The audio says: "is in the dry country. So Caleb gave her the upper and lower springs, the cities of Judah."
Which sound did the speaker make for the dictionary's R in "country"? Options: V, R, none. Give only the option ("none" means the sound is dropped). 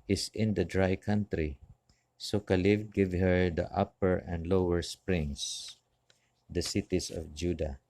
R